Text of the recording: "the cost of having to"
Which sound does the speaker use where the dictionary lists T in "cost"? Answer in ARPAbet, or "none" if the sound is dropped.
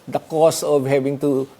none